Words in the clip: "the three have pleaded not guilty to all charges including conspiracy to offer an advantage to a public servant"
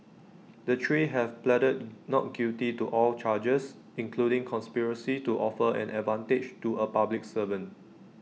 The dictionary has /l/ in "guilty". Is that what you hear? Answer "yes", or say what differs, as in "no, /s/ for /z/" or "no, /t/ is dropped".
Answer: no, /l/ is dropped